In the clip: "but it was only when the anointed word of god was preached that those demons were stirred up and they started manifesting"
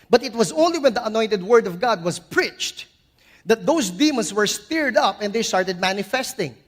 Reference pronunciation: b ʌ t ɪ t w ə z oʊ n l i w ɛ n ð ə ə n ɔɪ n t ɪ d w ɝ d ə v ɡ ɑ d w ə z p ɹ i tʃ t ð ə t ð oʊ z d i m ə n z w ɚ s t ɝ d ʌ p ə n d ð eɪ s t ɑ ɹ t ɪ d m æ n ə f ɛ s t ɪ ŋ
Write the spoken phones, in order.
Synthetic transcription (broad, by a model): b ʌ t ɪ t w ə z oʊ n l i w ɛ n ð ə ə n ɔɪ n t ɪ d w ɝ d ə v ɡ ɑ d w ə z p ɹ i tʃ t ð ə t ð oʊ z d i m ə n s w ɚ s t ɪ d ʌ p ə n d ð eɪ s t ɑ ɹ t ɪ d m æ n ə f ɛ s t ɪ ŋ